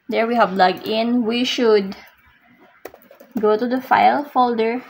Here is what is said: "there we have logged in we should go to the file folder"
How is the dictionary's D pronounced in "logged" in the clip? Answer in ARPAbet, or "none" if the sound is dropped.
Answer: none